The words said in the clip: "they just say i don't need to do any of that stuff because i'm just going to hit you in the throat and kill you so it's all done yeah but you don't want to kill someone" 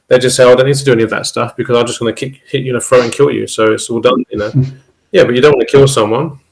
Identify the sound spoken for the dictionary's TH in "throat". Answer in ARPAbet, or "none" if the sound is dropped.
F